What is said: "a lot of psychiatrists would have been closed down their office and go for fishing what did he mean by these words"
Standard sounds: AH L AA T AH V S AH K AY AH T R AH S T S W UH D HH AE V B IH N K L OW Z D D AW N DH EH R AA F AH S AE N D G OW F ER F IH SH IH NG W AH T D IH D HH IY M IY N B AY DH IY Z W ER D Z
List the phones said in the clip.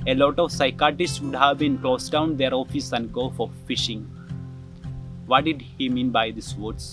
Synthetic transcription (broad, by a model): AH L AA T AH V S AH K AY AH T AH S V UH D HH AE V B IH N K L OW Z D D AW N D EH R AA F AH S AE N D G OW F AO F IH SH IH NG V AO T D IH D HH IY M IY N B AY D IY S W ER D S